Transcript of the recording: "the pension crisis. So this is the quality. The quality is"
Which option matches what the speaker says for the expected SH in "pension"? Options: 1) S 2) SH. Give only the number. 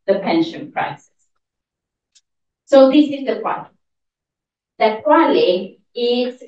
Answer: 2